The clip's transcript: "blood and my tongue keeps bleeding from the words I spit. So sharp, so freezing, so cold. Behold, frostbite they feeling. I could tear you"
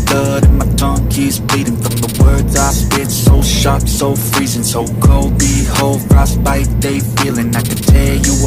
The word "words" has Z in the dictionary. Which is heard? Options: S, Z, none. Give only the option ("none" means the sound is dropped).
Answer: Z